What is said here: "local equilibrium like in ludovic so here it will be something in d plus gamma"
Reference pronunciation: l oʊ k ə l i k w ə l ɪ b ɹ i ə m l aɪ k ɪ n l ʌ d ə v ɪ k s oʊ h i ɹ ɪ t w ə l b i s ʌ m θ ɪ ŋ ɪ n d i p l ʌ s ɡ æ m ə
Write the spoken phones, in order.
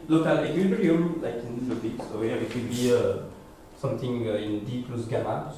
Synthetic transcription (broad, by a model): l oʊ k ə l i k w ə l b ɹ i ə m l aɪ k ɪ n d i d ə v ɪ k s oʊ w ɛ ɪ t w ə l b i s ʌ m t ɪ ŋ ɪ n d i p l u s ɡ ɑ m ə